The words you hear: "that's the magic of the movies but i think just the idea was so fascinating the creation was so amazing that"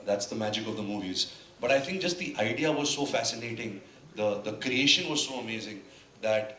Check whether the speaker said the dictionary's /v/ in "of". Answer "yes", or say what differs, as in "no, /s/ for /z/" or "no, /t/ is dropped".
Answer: yes